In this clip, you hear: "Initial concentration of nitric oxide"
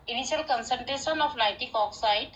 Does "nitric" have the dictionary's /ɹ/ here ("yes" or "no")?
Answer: no